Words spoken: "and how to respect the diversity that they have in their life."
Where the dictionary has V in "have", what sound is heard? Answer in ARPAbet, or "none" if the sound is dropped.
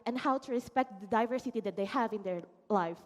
V